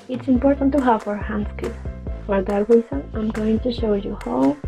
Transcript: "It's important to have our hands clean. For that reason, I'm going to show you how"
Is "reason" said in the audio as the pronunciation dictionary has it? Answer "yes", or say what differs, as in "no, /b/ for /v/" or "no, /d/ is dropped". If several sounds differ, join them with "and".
no, /s/ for /z/